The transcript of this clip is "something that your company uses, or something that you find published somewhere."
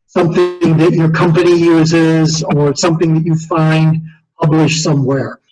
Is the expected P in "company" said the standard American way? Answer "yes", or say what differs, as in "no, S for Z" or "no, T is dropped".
yes